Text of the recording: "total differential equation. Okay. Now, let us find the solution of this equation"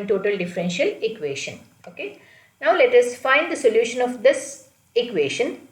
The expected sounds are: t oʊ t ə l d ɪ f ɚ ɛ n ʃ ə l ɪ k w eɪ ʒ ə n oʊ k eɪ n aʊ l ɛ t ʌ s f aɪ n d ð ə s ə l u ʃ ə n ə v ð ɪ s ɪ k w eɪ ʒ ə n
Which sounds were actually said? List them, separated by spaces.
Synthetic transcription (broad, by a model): t oʊ t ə l d ɪ f ɚ ɛ n ʃ ə l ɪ k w eɪ ʃ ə n oʊ k eɪ n aʊ l ɛ t ʌ s f aɪ n d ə s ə l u ʃ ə n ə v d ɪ s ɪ k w eɪ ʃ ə n